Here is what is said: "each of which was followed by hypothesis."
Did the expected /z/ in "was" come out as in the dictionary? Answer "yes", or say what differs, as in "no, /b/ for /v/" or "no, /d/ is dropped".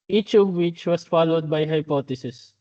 no, /s/ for /z/